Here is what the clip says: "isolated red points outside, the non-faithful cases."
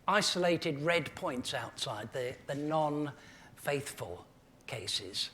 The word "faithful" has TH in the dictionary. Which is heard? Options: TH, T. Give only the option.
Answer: TH